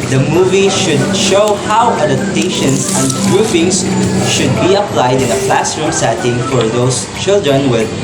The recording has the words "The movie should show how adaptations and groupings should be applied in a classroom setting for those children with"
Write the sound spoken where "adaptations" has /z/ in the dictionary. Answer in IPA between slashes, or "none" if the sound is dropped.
/s/